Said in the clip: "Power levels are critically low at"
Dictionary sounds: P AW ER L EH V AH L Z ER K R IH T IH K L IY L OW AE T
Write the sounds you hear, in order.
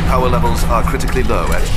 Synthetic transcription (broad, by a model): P AW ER L EH V AH L Z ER K R IH T IH K L IY L OW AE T